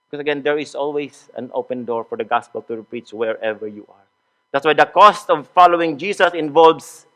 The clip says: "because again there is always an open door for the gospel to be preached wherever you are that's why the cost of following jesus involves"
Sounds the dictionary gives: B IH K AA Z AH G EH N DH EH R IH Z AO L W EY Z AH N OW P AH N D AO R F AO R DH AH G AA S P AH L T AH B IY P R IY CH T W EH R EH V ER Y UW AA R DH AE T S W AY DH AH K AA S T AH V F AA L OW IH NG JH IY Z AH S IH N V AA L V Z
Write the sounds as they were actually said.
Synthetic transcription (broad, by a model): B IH K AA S AH G EH N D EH R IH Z AO L W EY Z AH N OW P AH N D AO R F AO R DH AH G AA S P AH L T AH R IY P R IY CH W EH R EH V ER Y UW AA R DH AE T S W AY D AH K AA S T AH V F AA L OW IH NG JH IY S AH S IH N V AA L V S